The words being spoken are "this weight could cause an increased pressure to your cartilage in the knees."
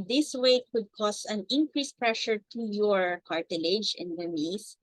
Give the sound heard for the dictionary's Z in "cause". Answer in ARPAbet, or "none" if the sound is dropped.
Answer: S